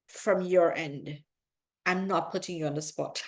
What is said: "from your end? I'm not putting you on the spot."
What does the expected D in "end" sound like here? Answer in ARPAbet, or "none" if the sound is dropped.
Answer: D